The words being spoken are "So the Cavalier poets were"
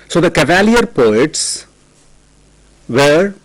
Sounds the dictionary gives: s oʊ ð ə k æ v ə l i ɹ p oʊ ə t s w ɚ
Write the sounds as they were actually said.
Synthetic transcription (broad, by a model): s oʊ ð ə k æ v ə l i ɹ p oʊ ə t s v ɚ